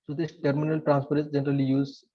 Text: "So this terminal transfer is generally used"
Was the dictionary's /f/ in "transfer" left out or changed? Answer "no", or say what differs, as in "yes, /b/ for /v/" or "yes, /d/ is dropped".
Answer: yes, /p/ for /f/